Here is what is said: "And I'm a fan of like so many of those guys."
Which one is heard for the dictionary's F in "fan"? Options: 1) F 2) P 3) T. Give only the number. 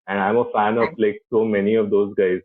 1